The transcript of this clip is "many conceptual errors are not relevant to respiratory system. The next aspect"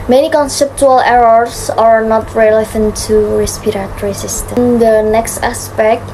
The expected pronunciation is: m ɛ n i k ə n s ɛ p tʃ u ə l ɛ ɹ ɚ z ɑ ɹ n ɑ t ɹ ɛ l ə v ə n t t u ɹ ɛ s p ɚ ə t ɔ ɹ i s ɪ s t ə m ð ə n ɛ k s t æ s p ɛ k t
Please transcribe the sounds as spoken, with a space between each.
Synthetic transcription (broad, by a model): m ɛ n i k ə n s ɛ p tʃ u ə l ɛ ɹ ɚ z ɑ ɹ n ɑ t ɹ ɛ l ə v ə n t t u ɹ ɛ s p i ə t ɹ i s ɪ s t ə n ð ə n ɛ k s t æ s p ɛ k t